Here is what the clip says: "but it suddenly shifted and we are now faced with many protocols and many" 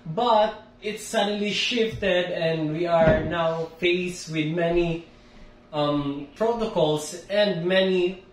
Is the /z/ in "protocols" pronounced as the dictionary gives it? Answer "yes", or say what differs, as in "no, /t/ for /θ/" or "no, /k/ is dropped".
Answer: no, /s/ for /z/